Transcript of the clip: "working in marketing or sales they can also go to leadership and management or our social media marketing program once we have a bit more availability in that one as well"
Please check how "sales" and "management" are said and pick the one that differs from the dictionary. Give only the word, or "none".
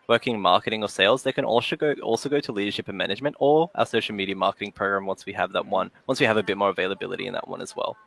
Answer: none